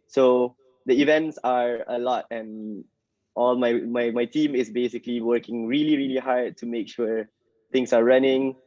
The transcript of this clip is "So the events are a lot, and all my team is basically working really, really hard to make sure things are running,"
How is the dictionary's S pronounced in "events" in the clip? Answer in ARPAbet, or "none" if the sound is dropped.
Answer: S